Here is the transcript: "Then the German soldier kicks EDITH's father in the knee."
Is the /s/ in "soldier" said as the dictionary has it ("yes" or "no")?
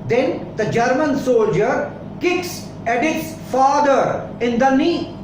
yes